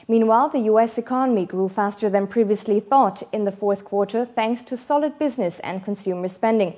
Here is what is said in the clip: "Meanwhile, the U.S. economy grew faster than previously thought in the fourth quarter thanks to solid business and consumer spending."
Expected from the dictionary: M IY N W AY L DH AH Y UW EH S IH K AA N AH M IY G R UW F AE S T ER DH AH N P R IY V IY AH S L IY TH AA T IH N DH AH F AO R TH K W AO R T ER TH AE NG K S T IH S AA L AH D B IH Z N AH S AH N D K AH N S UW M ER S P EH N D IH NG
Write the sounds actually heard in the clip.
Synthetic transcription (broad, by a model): M IY N W AY L DH AH Y UW EH S IH K AA N AH M IY G R UW F AE S T ER DH AH N P R IY V IY AH S L IY TH AA T IH N DH AH F AO R TH K W AO R T ER TH AE NG K S T IH S AA L AH D B IH Z N AH S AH N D K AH N S UW M ER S P EH N D IH NG